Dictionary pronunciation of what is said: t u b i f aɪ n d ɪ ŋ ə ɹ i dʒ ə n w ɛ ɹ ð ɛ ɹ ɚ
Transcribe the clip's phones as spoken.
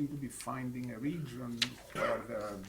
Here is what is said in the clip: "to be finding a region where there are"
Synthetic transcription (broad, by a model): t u b i f aɪ n d ɪ ŋ ə ɹ i dʒ ə n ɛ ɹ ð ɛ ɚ